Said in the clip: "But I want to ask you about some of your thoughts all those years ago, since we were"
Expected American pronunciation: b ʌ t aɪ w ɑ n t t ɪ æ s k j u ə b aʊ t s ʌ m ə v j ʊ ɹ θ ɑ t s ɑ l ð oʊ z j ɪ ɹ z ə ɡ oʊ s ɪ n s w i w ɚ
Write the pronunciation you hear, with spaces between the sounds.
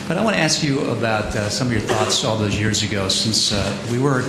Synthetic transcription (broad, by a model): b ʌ t aɪ w ɑ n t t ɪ æ s k j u ə b aʊ t s ʌ m ə v j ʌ ɹ θ ɑ t s ɑ l ð oʊ z j ɪ ɹ z ə ɡ oʊ s ɪ n s w i w ɚ